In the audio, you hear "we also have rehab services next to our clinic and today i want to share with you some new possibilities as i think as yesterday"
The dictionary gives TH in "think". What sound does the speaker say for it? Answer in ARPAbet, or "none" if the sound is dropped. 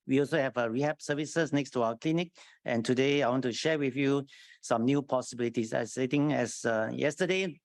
T